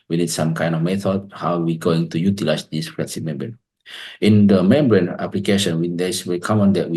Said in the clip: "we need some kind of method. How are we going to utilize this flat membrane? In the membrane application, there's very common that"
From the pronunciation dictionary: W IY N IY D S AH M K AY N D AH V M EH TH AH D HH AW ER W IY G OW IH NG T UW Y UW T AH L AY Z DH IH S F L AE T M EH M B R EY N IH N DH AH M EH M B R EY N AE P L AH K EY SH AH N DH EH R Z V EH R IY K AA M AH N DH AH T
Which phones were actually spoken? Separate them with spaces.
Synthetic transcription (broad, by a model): W IY N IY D S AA M K AY N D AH F M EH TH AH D HH AW W IY G OW IH NG T UW Y UW T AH L AY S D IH S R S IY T M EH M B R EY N IH N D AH M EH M B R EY N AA P L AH K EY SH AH N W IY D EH W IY K AA M AH N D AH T